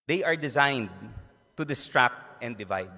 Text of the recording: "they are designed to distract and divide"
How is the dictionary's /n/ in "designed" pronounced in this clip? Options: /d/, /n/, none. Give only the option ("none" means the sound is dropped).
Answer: /n/